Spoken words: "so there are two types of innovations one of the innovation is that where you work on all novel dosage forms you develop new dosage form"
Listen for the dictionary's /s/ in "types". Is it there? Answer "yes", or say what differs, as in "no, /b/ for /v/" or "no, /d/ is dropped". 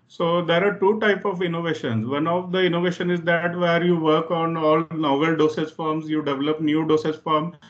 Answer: no, /s/ is dropped